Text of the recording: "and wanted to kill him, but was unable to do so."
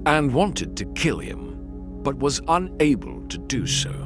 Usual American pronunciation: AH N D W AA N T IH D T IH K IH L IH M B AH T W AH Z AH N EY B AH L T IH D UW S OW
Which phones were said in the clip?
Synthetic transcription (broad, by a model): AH N W AA N T IH D T IH K IH L IH M B AH T W AH Z AH N EY B AH L T IH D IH S OW